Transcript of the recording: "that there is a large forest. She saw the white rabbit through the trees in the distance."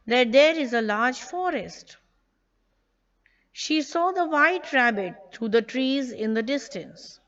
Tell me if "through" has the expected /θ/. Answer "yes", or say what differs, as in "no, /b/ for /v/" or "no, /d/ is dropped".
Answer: no, /t/ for /θ/